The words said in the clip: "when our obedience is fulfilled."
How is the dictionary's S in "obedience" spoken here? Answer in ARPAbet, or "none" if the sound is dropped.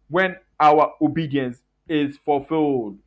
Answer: S